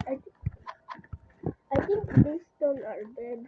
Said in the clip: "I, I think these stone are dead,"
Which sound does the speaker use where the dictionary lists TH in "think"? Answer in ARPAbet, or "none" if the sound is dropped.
T